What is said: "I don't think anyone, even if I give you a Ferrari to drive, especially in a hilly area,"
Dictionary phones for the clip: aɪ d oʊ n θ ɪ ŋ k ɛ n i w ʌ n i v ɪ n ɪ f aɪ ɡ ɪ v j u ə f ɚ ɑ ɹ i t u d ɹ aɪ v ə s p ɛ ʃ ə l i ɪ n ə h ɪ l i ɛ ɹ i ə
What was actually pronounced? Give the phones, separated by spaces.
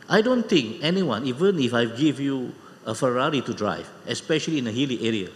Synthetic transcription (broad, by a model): aɪ d oʊ n t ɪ ŋ k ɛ n i w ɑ n i v ɪ n ɪ f aɪ ɡ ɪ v j u ə f ɚ ɑ ɹ i t u d ɹ aɪ v ə s p ɛ ʃ ə l i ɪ n ə h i l i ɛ ɹ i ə